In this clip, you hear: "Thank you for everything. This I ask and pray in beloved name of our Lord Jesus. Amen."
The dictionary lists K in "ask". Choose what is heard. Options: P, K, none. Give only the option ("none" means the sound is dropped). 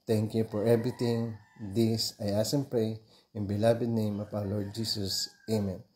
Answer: none